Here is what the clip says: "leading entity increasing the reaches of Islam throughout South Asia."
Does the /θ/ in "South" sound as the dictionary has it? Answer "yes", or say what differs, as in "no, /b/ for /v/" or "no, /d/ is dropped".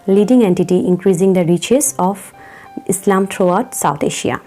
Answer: no, /t/ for /θ/